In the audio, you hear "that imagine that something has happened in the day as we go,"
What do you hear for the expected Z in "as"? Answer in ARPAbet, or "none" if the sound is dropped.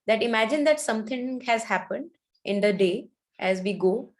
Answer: Z